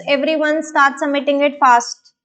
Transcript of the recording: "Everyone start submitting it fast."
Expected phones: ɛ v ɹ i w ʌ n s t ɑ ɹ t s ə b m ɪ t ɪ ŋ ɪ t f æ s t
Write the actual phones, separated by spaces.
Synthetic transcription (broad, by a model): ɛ v ɹ i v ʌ n s t ɑ ɹ t s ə m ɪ t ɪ ŋ ɪ t f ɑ s t